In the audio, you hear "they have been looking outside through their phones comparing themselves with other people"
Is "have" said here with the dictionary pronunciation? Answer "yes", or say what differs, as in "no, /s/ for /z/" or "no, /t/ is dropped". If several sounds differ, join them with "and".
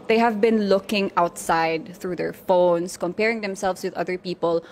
yes